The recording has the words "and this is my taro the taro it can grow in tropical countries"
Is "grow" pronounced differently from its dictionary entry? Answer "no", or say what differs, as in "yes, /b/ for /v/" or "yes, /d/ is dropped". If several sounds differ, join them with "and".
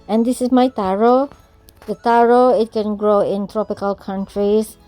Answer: no